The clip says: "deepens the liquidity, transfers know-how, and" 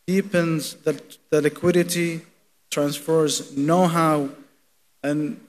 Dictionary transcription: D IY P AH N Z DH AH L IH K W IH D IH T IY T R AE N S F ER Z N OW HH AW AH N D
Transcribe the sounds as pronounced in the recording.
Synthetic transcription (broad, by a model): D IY P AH N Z DH AH L IH K W IH D IH T IY T R AE N S F ER Z N OW HH AW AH N